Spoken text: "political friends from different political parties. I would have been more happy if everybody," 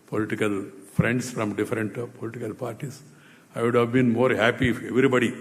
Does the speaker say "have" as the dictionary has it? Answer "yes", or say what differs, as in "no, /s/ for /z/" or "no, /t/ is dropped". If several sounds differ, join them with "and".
yes